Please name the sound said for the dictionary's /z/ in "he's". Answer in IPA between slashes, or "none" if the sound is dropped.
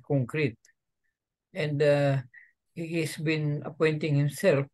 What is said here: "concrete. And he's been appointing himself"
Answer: /s/